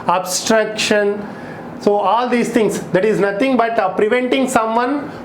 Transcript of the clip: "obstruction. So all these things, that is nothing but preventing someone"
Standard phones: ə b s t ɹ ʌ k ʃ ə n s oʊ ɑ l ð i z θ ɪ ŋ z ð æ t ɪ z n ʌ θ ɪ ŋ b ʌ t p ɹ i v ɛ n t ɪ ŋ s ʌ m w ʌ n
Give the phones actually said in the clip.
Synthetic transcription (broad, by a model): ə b s t ɹ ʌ k ʃ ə n s oʊ ɑ l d i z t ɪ ŋ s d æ t ɪ z n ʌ t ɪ ŋ b ʌ t p ɹ i v ɛ n t ɪ ŋ s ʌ m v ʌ n